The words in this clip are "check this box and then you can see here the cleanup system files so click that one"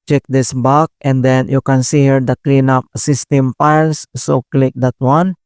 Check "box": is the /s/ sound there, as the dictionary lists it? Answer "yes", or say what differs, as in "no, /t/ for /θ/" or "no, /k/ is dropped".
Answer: no, /s/ is dropped